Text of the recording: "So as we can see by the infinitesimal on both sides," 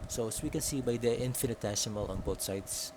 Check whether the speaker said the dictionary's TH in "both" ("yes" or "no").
no